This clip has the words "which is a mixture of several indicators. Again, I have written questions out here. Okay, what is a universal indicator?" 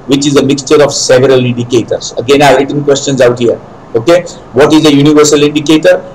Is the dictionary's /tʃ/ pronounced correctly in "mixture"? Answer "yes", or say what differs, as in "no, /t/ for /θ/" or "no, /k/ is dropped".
yes